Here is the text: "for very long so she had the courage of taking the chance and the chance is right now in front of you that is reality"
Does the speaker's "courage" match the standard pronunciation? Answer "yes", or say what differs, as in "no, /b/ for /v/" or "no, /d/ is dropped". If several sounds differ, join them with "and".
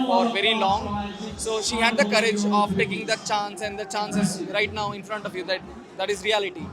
yes